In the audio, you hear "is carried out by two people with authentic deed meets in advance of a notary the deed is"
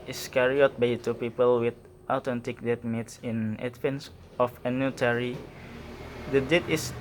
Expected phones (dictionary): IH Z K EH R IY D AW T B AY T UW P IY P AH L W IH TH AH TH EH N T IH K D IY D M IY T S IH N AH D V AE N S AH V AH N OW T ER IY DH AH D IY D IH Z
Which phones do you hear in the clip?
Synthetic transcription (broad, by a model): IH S K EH R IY AO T B AY T UW P IY P AH L W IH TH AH T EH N T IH K D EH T M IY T S IH N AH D F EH N S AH F AH N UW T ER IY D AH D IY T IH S